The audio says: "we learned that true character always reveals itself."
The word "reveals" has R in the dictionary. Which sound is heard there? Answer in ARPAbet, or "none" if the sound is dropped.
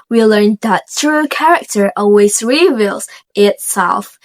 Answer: R